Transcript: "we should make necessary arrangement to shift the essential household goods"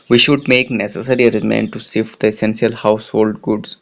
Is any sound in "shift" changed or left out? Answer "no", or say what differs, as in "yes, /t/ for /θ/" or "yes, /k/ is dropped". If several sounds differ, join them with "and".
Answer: yes, /s/ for /ʃ/